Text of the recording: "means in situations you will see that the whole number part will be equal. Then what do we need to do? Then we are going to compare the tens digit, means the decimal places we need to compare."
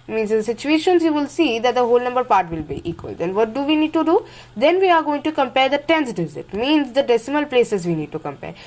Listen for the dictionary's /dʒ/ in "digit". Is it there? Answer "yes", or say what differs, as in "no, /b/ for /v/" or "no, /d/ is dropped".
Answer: no, /z/ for /dʒ/